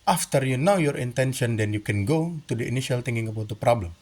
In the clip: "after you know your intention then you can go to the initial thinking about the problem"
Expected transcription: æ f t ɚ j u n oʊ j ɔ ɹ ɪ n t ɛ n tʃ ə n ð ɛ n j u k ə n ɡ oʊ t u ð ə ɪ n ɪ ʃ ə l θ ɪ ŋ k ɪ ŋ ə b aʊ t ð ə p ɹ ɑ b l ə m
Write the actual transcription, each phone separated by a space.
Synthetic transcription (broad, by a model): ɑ f t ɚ j u n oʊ j ɔ ɹ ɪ n t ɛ n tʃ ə n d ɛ n j u k ə n ɡ oʊ t u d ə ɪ n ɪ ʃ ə l t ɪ ŋ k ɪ ŋ ə b aʊ t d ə p ɹ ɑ b l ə m